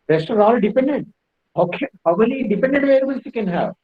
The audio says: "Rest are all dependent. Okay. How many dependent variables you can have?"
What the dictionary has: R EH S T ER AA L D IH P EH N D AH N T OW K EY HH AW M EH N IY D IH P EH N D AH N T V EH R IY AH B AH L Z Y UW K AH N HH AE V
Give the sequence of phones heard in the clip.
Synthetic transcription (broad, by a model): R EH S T ER AA L D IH P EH N D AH N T OW K EY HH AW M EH L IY D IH P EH N D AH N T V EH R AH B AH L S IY K AH N HH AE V